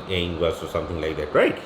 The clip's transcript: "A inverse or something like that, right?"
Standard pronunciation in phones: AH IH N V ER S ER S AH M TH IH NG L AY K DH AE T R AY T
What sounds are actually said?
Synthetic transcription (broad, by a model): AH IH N W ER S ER S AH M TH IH NG L AY K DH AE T R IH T